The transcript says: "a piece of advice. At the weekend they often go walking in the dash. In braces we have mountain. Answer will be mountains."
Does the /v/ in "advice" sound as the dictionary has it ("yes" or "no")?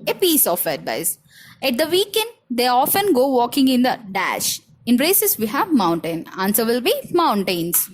no